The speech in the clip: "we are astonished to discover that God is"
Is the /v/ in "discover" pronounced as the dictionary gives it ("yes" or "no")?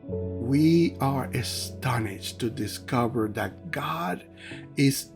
yes